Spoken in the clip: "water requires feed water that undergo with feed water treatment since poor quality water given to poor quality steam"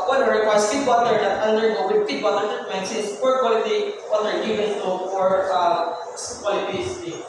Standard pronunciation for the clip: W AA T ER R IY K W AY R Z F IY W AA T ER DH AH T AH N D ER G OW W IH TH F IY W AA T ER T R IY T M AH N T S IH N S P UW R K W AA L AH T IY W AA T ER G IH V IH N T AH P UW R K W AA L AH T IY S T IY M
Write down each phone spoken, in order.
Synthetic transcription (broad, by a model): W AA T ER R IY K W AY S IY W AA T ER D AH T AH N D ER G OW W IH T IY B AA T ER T AH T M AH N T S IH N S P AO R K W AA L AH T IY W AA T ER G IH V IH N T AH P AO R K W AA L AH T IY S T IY